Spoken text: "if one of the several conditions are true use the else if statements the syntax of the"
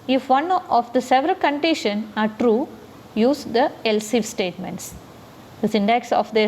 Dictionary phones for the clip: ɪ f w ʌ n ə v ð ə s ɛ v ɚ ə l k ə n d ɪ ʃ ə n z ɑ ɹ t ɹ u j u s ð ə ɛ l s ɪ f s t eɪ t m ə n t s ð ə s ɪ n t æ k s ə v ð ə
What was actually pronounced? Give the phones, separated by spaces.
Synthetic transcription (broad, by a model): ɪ f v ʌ n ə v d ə s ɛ v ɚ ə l k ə n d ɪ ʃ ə n ɑ ɹ t ɹ u j u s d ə ɛ l s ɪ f s t eɪ t m ə n t s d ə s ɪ n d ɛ k s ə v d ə